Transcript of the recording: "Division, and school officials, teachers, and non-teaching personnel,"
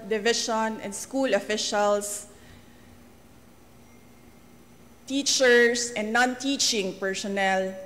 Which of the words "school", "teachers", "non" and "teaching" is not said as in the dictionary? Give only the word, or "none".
teachers